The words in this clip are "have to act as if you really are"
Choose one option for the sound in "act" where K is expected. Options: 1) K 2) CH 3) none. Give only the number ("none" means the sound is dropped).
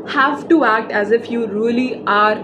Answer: 1